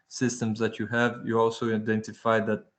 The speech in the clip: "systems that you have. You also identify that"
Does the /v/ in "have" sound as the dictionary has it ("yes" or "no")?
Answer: yes